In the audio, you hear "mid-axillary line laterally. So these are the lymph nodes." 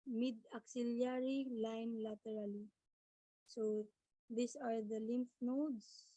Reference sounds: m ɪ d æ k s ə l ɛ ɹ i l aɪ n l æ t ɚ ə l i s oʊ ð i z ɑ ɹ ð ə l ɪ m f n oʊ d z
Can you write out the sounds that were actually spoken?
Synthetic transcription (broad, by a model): m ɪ d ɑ k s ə l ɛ ɹ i l aɪ n l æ t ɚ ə l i s oʊ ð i s ɑ ɹ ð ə l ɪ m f n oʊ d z